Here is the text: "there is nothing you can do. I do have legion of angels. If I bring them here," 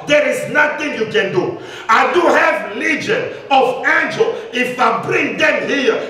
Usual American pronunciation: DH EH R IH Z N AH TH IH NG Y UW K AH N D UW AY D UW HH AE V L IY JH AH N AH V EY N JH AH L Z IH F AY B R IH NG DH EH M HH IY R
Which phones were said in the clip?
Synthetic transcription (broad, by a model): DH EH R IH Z N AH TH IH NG Y UW K AH N D UW AY D UW HH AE V L IY JH AH N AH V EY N JH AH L IH F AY B R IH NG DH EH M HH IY